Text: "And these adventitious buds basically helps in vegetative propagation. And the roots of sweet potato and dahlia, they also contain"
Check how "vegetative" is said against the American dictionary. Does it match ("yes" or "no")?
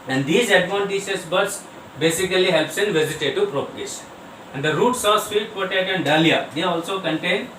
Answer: no